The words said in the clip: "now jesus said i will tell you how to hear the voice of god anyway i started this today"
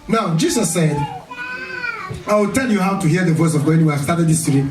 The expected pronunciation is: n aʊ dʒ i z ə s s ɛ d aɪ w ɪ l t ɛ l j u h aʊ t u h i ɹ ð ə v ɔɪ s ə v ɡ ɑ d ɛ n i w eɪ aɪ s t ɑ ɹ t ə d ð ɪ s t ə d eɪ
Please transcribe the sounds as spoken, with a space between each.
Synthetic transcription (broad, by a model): n aʊ dʒ i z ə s s ɛ d aɪ w ɪ l t ɛ l j u h aʊ t u h i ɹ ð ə v ɔɪ s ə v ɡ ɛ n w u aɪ s t ɑ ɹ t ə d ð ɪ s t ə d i